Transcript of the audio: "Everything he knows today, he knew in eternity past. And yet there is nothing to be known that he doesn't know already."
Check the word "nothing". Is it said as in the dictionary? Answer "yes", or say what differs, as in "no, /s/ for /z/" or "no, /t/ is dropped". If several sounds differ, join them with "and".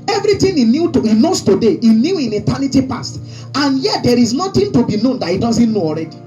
no, /t/ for /θ/